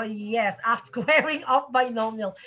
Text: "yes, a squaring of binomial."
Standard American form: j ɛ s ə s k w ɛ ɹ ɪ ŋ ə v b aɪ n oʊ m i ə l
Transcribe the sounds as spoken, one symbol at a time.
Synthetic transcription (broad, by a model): j ɛ s ə s k w ɛ ɹ ɪ ŋ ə p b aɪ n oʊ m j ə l